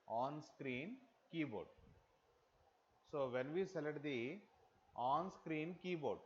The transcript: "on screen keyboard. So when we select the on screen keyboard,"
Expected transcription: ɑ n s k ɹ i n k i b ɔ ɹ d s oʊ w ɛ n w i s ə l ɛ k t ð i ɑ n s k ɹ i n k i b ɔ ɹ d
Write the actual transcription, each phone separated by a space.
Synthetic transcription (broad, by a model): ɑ n s k ɹ i n k i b ɔ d s oʊ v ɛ n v i s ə l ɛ t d i ɑ n s k ɹ i n k i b ɔ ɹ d